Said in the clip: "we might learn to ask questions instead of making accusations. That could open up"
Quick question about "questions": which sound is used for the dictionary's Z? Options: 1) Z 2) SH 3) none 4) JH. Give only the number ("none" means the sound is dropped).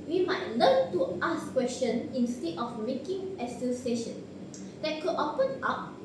3